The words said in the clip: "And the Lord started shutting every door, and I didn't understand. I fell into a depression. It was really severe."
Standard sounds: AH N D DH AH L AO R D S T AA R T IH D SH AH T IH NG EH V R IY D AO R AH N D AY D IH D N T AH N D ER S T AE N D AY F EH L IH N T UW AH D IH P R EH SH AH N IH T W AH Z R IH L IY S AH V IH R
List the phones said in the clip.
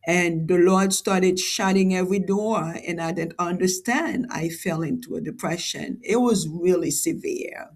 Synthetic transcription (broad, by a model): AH N DH AH L AO R D S T AA R T IH D SH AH T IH NG EH V R IY D AO R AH N AY D IH D N T AH N D ER S T AE N D AY F EH L IH N T UW AH D IH P R EH SH AH N IH T W AH Z R IH L IY S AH V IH R